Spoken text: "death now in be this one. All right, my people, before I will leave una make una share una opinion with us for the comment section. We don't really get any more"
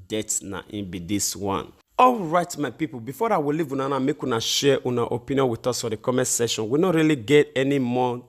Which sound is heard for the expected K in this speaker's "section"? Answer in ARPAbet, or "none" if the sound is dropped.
none